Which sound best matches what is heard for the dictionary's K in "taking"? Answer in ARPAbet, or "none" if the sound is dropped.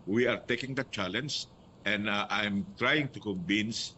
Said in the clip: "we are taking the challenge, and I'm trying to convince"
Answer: K